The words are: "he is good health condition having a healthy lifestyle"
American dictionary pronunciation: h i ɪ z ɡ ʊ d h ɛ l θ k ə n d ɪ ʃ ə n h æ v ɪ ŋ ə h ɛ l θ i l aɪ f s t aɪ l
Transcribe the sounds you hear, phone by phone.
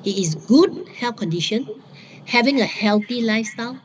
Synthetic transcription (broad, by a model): h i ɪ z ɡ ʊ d h ɛ l f k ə n d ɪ ʃ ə n h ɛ v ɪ ŋ ə h ɛ l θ i l aɪ f s t aɪ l